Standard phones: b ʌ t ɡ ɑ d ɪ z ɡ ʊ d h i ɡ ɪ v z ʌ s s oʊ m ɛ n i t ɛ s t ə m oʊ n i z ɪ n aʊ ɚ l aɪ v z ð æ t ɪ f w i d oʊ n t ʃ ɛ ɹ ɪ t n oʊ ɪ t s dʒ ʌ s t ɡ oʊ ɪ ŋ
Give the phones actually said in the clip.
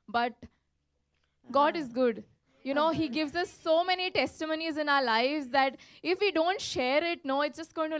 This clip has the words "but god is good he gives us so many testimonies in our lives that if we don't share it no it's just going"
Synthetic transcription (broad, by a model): b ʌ t ɡ ɑ d ɪ z ɡ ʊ d h i ɡ ɪ v z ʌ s s oʊ m ɛ n i t ɛ s t ə m oʊ n i z ɪ n aʊ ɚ l aɪ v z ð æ t ɪ f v i d oʊ n t ʃ ɛ ɹ ɪ t n oʊ ɪ t s dʒ ʌ s t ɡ oʊ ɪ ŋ